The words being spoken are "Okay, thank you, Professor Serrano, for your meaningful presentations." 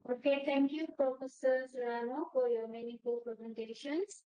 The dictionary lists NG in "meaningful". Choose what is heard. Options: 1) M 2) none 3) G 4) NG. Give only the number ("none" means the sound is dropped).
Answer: 2